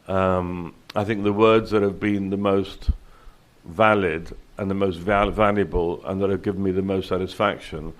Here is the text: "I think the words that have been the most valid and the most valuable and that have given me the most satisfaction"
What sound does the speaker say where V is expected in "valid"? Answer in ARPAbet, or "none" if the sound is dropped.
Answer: V